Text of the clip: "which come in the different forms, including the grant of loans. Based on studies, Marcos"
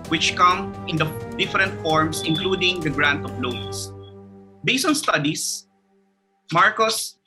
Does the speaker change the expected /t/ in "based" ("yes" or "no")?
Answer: yes